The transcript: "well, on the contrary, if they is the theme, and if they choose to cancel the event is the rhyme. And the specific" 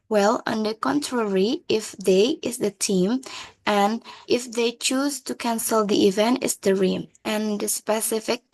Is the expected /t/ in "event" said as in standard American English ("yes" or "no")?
yes